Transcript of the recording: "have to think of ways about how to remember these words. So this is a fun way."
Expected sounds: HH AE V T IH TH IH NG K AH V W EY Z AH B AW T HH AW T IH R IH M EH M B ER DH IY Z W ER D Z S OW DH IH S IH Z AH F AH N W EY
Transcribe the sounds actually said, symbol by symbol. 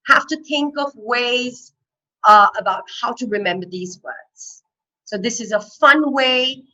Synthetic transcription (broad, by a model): HH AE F T IH TH IH NG K AH V W EY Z AH B AW T HH AW T IH R IH M EH M B ER DH IY Z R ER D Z S OW DH IH S IH Z AH F AH N W EY